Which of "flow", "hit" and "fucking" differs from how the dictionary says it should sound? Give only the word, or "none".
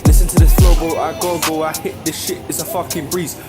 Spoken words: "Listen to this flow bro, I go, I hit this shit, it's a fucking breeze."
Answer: flow